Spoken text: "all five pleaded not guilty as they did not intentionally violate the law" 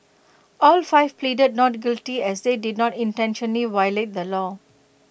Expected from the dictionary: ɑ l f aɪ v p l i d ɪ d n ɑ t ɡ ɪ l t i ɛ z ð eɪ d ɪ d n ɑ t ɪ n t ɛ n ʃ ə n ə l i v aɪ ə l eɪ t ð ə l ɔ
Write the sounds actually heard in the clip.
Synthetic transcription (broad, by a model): ɑ l f aɪ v p l i d ɪ d n ɑ t ɡ ɪ l t i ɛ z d eɪ d ɪ d n ɑ t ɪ n t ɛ n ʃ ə n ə l i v aɪ l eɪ t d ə l ɔ